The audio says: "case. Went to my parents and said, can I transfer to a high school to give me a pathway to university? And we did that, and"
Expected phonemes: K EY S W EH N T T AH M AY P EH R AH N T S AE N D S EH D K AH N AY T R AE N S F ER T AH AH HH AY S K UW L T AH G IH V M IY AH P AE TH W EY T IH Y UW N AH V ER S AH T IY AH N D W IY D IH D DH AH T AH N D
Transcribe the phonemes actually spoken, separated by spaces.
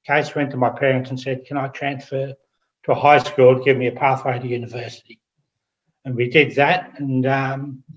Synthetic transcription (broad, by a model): K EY S W EH N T T AH M AY P EH R AH N T S N S EH D K AH N AY T R AE N S F ER T AH AH HH AY S K UW L T AH G IH V M IY AH P AE TH W EY T IH Y UW N AH V ER S AH T IY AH N W IY D IH D DH AH T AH N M